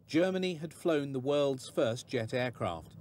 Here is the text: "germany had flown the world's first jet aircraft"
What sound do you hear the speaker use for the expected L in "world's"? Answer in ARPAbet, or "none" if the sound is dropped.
L